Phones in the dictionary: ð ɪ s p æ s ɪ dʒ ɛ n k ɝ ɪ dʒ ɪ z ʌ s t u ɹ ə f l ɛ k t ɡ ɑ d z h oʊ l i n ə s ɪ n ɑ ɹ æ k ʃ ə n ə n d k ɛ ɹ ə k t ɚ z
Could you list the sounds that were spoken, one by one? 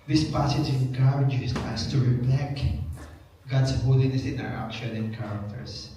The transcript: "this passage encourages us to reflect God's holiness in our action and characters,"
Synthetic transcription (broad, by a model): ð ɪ s p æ s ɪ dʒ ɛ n k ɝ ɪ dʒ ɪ s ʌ s t u ɹ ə p l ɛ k ɡ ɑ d s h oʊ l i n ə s ɪ n ɑ ɹ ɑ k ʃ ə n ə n k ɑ ɹ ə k t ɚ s